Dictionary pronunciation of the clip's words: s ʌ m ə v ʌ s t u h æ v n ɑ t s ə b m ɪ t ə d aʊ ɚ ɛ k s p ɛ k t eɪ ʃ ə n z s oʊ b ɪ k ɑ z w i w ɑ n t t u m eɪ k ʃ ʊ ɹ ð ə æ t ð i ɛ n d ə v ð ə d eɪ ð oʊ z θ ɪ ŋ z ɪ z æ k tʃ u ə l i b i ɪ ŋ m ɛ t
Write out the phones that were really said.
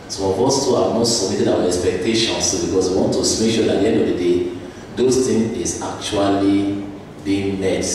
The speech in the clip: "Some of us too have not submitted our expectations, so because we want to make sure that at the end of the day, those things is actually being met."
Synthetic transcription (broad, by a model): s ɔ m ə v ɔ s t u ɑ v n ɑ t s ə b m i t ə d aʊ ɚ ɛ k s p ɛ k t eɪ ʃ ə n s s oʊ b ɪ k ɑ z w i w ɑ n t t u m eɪ k ʃ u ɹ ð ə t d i ɛ n d ə v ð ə d eɪ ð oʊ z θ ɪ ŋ ɪ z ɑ k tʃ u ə l i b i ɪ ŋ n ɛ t